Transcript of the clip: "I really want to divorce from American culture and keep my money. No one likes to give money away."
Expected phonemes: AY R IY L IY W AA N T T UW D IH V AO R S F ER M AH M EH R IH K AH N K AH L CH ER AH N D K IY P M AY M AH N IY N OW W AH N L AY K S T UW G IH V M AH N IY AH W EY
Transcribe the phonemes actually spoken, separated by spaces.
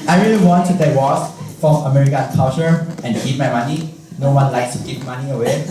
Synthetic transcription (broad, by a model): AY R IY L IY W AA N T T UW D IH W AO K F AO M AH M EH R IH K AH N K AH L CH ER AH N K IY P M AY M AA N IY N OW W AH N L AY K S T UW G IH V M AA N IY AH W EY